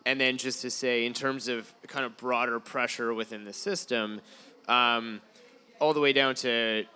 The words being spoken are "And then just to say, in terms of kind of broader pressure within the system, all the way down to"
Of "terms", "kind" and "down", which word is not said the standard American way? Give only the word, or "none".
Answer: none